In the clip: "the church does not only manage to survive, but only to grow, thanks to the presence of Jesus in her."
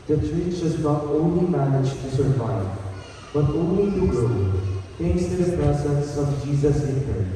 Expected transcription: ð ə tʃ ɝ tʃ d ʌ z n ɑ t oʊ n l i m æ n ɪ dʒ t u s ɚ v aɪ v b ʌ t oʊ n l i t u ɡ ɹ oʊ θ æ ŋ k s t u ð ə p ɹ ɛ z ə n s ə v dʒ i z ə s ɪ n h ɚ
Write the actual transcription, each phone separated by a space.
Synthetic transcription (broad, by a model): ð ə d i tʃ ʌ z n ɑ t oʊ n l i m æ n ɪ dʒ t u s ɚ v aɪ v b ʌ t oʊ n l i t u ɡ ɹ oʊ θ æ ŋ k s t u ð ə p ɹ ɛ s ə s ə v dʒ i z ə s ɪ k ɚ